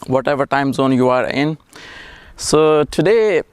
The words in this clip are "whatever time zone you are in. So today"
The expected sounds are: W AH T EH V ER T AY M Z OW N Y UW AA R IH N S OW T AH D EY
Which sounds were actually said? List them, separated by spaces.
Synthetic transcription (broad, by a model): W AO T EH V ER T AY M Z OW N Y UW AA R IH N S OW T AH D EY